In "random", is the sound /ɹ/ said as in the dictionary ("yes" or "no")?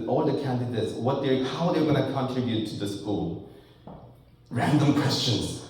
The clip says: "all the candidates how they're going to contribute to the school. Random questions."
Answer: yes